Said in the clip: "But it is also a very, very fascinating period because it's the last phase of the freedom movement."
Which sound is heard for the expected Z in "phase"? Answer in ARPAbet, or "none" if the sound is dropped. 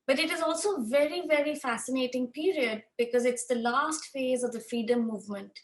Z